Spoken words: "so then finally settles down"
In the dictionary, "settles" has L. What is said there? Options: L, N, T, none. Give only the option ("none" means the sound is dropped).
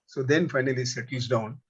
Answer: none